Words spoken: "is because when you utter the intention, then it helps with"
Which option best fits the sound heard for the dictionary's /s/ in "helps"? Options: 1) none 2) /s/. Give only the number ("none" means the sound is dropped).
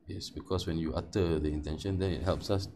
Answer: 2